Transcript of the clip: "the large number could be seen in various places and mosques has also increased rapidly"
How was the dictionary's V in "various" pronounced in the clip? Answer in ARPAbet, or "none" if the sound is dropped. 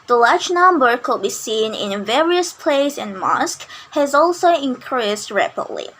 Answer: V